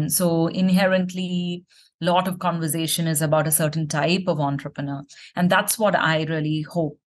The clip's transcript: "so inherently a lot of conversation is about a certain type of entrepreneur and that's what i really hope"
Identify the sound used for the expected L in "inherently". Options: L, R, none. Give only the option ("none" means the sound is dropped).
L